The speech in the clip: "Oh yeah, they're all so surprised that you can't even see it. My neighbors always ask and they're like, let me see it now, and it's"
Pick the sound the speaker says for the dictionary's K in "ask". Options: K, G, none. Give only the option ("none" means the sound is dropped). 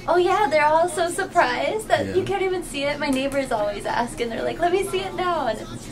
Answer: K